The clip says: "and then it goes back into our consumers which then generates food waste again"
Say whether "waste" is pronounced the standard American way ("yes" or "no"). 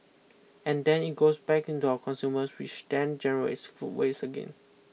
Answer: no